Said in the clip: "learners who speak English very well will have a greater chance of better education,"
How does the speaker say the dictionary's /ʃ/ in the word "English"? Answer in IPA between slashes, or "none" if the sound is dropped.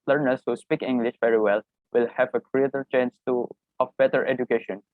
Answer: /ʃ/